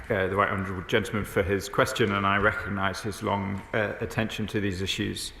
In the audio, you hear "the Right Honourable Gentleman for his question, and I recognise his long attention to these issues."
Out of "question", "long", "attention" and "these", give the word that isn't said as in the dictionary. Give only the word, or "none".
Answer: none